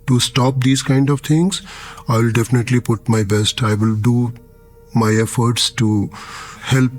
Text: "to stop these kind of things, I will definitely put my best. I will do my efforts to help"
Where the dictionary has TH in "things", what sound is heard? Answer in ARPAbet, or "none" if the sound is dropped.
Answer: T